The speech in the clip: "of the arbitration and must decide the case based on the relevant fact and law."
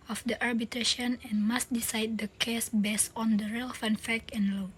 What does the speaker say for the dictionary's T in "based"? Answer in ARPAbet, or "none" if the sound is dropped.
none